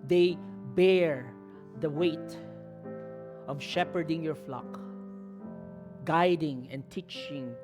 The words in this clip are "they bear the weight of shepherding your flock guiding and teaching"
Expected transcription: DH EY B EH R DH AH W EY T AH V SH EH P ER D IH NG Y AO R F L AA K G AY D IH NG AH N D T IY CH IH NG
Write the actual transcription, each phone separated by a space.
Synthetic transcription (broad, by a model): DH EY B EH R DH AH W EY T AH V SH EH P ER D IH NG Y AO R F L AA K G AY D IH NG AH N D T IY CH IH NG